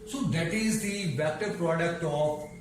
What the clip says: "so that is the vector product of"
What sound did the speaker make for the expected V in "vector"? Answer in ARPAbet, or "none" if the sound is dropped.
B